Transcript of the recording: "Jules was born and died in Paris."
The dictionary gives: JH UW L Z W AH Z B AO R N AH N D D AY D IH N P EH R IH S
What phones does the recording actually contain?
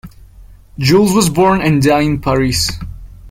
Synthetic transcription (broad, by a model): JH UW L Z W AH Z B AO R N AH N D D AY IH N P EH R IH S